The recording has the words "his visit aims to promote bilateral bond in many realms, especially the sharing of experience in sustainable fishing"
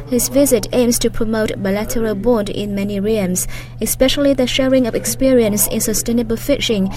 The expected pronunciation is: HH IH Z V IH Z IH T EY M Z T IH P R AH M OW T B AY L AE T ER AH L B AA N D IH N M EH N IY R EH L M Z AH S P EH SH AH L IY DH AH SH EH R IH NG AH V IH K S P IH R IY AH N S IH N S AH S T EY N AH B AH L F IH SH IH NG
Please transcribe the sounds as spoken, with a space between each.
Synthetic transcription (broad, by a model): HH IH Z V IH Z IH T EY M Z T IH P R AH M OW T B AY L AE T ER AH L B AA N D IH N M EH N IY R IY M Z AH S P EH SH AH L IY DH AH SH EH R IH NG AH V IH K S P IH R IY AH N S IH N S AH S T EY N AH B AH L F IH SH IH NG